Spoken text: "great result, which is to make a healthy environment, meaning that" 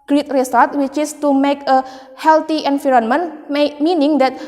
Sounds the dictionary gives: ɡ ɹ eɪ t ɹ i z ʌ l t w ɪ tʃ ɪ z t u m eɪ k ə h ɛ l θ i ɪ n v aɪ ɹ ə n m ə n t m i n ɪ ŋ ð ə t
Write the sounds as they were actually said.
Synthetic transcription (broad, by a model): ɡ ɹ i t ɹ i s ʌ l t w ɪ tʃ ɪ s t u m eɪ k ə h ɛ l t i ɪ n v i ɹ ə n m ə n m m i n ɪ ŋ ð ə t